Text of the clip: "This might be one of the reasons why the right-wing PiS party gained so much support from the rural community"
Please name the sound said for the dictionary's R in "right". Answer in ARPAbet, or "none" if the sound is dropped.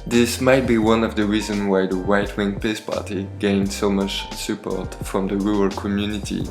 W